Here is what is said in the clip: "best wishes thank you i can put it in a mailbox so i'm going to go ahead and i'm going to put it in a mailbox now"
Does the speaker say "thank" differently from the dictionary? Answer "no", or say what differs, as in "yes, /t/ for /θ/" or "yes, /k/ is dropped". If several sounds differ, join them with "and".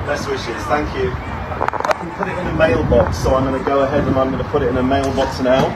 no